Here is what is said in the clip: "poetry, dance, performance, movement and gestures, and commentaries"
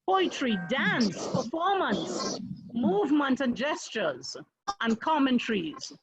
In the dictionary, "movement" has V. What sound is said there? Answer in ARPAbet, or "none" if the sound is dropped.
V